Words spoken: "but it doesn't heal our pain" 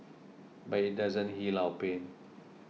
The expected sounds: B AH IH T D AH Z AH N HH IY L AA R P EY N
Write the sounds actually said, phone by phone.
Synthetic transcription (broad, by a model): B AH IH T D AH Z AH N HH IY L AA W P EY N